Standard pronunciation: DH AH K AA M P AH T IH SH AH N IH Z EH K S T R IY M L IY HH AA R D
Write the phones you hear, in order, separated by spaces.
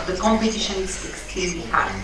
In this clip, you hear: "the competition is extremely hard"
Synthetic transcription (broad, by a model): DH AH K AA M P AH T IH SH AH N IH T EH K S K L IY L IY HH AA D